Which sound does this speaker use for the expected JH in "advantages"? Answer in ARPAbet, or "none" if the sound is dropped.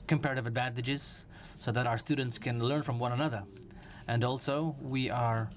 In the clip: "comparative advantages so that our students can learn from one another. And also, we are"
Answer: JH